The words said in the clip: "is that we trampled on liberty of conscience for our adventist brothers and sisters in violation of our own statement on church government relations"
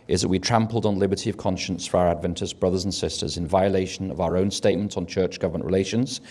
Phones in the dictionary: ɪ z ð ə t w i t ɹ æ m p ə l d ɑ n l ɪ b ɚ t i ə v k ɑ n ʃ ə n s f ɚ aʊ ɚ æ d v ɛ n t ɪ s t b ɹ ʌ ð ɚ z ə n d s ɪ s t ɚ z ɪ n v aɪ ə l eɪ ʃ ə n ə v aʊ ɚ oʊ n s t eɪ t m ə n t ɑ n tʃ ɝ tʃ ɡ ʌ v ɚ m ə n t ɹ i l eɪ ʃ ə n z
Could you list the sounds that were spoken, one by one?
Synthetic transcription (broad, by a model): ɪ z ð ə t w i t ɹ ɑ m p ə l d n l ɪ b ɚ t i ə v k ɑ n ʃ ə n s f ɚ aʊ ɚ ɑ d v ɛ n t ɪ s b ɹ ʌ ð ɚ z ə n s ɪ s t ɚ z ɪ n v aɪ ə l eɪ ʃ ə n ə v aʊ ɚ oʊ n s t eɪ t m ə n t n tʃ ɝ tʃ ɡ ʌ v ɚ m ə n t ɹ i l eɪ ʃ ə n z